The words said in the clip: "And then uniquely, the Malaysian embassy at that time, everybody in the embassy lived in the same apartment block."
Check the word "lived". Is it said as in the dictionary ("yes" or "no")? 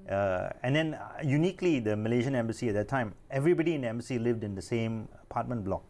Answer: yes